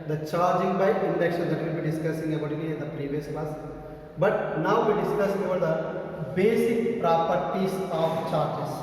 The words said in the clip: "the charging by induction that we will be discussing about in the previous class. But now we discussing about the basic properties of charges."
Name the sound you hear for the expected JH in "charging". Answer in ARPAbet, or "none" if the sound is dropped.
JH